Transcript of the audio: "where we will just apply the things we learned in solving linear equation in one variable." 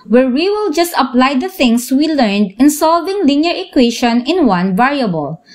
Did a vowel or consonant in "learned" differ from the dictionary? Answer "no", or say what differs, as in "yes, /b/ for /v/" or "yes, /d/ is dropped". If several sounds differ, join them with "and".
no